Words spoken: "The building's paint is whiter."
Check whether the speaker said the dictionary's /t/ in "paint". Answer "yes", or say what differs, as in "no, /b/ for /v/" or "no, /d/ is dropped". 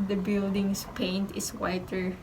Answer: yes